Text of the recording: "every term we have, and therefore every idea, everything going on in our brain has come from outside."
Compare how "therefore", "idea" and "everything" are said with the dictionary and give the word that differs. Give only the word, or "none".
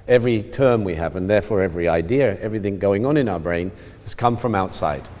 none